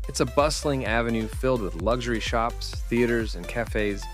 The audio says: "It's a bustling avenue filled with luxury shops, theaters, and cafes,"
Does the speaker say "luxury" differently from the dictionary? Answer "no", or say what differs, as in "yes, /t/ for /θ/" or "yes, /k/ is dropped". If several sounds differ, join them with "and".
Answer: no